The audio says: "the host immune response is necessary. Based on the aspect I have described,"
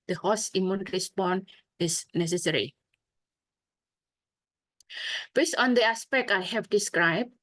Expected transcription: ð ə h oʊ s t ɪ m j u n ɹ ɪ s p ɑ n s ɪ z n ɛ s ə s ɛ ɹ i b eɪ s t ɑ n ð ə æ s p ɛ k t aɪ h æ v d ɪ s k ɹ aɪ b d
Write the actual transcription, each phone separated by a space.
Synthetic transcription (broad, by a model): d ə h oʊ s ɪ m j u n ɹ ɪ s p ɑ n ɪ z n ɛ s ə s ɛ ɹ i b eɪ s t ɑ n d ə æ s p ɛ k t aɪ h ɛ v d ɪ s k ɹ aɪ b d